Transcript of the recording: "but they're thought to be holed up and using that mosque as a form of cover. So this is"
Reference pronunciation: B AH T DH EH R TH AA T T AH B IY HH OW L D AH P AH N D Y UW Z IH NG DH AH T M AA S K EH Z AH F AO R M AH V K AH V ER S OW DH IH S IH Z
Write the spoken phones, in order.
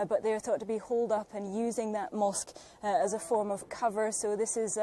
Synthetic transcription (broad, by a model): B AH T DH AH R TH AA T T AH B IY HH OW L D AH P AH N Y UW Z IH NG DH AH T M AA S K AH Z AH F AO R M AH V K AH V ER S OW DH IH S IH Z